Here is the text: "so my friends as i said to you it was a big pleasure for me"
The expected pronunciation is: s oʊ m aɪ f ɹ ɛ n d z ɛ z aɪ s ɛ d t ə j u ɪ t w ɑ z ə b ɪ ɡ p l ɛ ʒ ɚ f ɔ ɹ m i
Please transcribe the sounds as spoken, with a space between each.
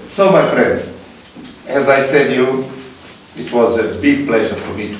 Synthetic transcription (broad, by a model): s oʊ m aɪ f ɹ ɛ n d z ɛ z aɪ s ɛ d j u ɪ t w ɑ z ə b ɪ ɡ p l ɛ ʒ ɚ f ɔ ɹ m i